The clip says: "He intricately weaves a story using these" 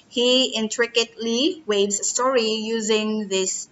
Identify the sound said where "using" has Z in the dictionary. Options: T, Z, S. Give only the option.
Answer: Z